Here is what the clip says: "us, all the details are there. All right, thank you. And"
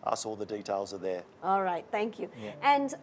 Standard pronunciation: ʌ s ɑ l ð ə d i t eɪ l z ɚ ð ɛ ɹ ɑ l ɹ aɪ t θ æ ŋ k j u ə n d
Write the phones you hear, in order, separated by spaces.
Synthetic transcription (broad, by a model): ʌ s ɑ l ð ə d i t eɪ l z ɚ ð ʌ ɑ l ɹ aɪ t θ æ ŋ k j u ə n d